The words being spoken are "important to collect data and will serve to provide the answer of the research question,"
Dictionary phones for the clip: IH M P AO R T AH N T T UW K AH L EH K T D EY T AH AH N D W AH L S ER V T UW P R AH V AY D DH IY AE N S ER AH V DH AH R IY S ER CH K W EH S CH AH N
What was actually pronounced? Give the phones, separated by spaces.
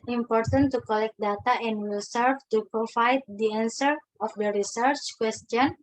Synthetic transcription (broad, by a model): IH M P AO R T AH N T T UW K AH L EH K T D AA T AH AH N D W AH L S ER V T UW P R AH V AY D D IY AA N S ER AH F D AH R IY S ER CH K W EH S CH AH N